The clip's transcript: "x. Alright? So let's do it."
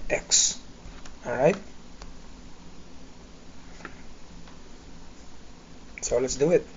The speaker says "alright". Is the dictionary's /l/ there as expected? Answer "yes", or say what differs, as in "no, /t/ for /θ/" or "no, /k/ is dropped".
no, /l/ is dropped